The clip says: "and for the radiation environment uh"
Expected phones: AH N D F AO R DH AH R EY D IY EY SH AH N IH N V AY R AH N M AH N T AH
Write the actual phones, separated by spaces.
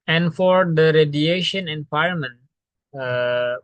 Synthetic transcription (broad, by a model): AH N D F AO R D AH R EY D IY EY SH AH N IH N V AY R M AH N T